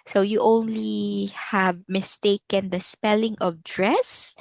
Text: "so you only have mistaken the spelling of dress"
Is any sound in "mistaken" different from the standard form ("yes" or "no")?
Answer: no